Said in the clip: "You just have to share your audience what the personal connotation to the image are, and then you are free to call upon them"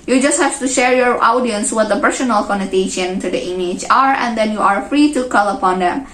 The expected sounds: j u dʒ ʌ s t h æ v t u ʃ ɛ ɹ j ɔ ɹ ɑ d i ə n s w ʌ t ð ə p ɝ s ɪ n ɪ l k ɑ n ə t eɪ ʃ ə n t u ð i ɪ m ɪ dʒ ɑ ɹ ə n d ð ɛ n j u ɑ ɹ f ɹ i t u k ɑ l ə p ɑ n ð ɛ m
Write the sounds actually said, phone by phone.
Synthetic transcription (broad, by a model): j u dʒ ʌ s t h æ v t u ʃ ɛ ɹ j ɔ ɹ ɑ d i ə n s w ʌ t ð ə p ɝ s ɪ n ɪ l k ɑ n ə t eɪ ʃ ə n t u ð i ɪ m ɪ dʒ ɑ ɹ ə n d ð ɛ n j u ɑ ɹ f ɹ i t u k ɑ l ə p ɑ n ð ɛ m